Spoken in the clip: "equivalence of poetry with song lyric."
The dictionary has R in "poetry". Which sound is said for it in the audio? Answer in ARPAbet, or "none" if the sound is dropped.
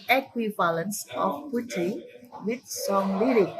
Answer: none